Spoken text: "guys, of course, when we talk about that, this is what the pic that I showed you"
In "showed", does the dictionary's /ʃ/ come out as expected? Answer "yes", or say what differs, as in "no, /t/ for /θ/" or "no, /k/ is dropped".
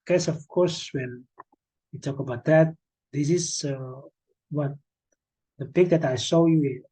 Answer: no, /s/ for /ʃ/